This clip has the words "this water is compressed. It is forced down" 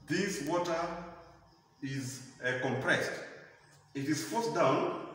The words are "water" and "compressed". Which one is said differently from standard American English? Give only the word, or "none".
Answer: none